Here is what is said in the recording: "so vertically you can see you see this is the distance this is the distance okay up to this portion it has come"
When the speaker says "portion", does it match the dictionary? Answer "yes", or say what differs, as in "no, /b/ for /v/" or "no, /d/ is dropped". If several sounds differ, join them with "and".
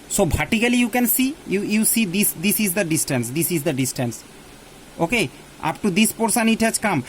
no, /s/ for /ʃ/